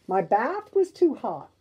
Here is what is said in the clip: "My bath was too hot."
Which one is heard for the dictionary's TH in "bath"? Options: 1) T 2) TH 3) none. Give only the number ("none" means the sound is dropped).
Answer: 2